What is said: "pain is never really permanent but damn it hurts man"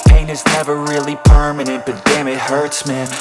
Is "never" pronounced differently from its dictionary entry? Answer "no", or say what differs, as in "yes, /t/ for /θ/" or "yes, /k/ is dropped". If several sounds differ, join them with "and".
no